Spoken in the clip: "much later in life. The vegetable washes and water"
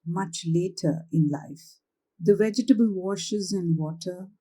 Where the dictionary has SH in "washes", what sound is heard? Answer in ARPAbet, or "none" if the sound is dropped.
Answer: SH